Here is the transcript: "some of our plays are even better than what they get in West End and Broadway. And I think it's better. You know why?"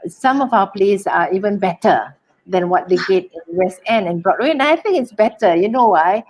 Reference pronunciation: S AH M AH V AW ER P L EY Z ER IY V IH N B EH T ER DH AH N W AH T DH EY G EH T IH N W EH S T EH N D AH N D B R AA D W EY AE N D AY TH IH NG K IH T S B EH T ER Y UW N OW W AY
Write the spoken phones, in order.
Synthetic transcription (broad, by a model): S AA M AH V AW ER P L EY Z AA IY V IH N B EH T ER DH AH N W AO T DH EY G EH T IH N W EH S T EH N AH N B R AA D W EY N AY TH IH NG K IH T S B EH T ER Y UW N OW W AY